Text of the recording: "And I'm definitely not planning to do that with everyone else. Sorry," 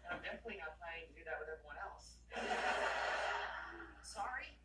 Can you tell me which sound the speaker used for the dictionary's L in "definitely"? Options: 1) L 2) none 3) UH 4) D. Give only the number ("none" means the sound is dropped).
2